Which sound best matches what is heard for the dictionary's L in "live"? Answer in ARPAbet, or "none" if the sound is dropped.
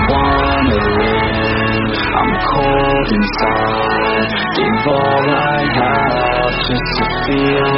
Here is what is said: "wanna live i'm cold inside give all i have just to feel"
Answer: W